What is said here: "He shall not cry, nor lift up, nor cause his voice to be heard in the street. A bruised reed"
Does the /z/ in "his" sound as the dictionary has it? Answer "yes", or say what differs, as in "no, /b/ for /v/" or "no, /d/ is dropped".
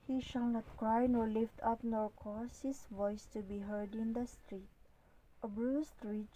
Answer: no, /s/ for /z/